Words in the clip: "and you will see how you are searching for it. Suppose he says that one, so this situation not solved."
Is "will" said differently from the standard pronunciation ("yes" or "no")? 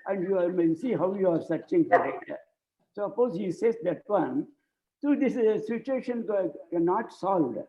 yes